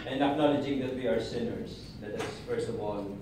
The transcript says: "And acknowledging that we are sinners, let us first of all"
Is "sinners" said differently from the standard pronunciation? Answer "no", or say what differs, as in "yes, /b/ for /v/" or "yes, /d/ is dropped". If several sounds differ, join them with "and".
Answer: no